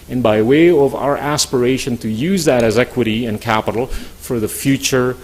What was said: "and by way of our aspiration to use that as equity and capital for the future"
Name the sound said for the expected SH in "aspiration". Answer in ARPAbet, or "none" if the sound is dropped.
SH